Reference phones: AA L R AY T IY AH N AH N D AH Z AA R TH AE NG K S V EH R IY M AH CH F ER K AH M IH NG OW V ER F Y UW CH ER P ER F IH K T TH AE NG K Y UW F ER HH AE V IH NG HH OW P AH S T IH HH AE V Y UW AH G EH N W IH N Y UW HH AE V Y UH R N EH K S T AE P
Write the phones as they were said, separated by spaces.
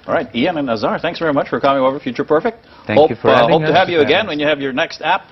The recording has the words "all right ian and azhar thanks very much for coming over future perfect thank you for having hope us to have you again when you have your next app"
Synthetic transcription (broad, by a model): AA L R AY T IY AH N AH N AH Z AA R TH AE NG K S V EH R IY M AH CH F ER K AH M IH NG OW V ER F Y UW CH ER P ER F IH K T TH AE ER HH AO IH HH OW UH T IH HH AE V Y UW AH G EH N W IH N Y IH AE V Y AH R N EH K S T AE P